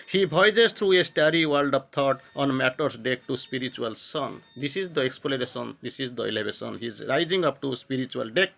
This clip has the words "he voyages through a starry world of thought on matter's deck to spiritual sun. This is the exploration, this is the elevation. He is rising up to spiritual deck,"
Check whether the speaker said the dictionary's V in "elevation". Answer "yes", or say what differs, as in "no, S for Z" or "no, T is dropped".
no, B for V